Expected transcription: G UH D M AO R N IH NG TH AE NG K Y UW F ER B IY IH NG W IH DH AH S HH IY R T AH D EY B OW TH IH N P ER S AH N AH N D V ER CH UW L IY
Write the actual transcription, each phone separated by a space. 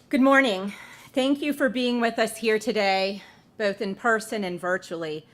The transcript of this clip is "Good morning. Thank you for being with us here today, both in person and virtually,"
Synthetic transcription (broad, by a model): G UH D M AO R N IH NG TH AE NG K Y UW F ER B IY IH NG W IH DH AH S HH IY R T AH D EY B OW TH IH N P ER S AH N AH N V ER CH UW L IY